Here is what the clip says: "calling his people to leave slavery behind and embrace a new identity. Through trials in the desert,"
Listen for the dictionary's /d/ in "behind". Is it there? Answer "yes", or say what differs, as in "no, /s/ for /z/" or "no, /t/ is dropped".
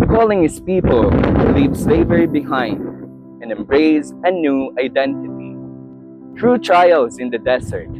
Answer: yes